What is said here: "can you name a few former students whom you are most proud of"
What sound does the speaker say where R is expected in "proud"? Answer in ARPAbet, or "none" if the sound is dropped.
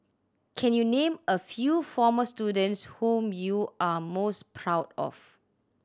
R